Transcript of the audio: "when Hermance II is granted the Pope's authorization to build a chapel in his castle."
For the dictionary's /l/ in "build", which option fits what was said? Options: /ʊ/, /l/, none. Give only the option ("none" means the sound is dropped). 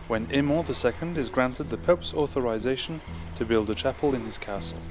/l/